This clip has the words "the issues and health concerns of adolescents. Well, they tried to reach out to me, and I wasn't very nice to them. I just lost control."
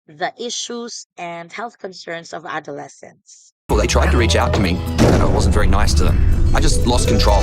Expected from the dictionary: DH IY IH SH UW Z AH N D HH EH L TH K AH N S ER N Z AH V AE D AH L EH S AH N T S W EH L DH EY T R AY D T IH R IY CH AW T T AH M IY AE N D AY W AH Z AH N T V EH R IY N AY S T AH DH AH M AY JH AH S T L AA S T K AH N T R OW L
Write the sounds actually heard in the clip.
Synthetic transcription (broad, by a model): DH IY IH SH UW Z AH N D HH EH L TH K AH N S ER N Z AH V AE D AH L EH S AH N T S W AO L DH EY T R AY D T IH R IY CH AW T T AH M IY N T W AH Z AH N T V EH R IY N AY S T AH DH AH M AY JH AH S T L AA S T K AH N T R OW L